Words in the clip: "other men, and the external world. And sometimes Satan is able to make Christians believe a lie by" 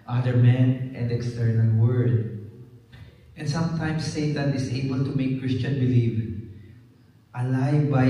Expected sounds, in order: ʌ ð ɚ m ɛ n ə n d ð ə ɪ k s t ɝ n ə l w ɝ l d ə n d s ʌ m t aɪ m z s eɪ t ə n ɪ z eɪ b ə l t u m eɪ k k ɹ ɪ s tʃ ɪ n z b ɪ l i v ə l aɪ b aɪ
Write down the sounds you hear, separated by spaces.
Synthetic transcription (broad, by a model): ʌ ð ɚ m ɛ n ə n d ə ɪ k s t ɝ n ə l w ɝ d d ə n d s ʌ m t aɪ m s eɪ t ə n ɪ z eɪ b ə l t u m eɪ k k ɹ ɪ s tʃ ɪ n b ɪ l i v ə l aɪ b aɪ